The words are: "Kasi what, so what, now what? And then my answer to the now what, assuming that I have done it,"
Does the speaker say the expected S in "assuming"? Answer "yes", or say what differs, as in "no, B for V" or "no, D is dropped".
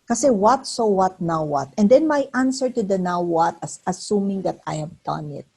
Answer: yes